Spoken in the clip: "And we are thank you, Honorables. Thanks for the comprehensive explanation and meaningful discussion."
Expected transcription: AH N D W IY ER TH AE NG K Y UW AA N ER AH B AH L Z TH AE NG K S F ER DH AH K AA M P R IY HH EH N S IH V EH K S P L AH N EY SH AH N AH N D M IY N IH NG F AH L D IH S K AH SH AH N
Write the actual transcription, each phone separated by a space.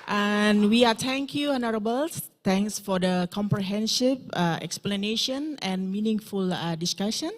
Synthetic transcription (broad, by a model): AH N W IY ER T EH NG K Y UW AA N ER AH B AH L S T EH NG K S F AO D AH K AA M P R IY HH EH N SH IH P EH K S P L AH N EY SH AH N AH N M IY N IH NG F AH L D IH S K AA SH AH N